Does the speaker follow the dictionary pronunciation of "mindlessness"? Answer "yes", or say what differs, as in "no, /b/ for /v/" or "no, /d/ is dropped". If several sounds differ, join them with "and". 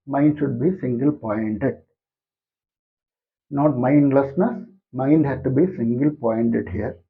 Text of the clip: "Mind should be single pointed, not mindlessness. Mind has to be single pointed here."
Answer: yes